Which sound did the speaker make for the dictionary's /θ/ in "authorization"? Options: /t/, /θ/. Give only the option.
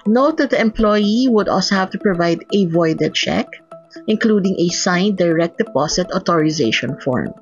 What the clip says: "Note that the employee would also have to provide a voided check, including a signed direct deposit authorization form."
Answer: /t/